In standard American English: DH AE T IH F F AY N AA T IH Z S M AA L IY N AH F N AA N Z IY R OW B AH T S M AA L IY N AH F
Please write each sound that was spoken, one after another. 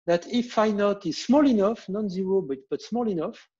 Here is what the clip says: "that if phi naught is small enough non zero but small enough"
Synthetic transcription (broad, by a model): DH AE T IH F F AY N AA T IH Z S M AA L IY N AH F N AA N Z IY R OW B AH T S M AA L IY N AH F